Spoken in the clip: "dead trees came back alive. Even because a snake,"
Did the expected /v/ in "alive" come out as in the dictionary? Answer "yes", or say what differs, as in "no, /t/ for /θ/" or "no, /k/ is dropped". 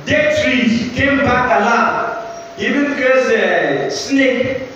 no, /v/ is dropped